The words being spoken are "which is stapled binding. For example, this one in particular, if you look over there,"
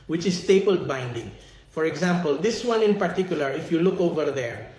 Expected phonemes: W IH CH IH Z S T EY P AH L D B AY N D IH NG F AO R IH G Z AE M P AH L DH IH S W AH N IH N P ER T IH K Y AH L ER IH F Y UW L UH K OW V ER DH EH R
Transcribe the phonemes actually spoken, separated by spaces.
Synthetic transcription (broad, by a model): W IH CH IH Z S T EY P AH L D B AY N D IH NG F AO R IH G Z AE M P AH L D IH S W AH N IH N P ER T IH K Y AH L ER IH F Y UW L UH K OW V ER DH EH R